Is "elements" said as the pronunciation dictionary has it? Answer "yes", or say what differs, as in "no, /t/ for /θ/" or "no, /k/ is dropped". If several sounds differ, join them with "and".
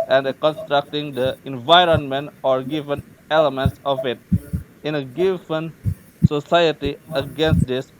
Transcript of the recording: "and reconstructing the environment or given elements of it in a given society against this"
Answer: yes